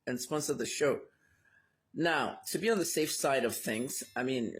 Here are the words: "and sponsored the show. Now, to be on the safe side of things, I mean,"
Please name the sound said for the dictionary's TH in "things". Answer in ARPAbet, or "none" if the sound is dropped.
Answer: TH